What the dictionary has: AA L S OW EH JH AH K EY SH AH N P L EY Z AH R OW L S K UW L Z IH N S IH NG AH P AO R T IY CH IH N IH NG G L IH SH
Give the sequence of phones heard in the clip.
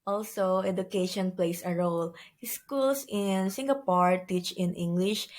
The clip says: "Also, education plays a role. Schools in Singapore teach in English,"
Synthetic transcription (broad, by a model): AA L S OW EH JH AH K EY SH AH N P L EY S AH R OW L S K UW L S IH N S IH NG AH P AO R T IY CH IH N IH NG G L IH SH